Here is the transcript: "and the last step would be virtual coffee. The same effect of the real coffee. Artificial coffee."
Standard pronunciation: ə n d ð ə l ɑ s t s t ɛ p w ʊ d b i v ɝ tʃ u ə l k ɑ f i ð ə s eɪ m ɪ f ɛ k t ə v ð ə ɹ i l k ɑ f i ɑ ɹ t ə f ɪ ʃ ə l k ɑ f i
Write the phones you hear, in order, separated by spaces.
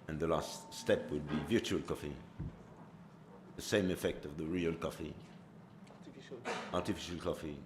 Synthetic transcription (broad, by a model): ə n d ð ə l ɑ s t s t ɛ p w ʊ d b i v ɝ tʃ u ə l k ɑ f i ð ə s eɪ m ɪ f ɛ k t ə v ð ə ɹ i l k ɑ f i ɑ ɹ t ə f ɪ ʃ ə l k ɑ f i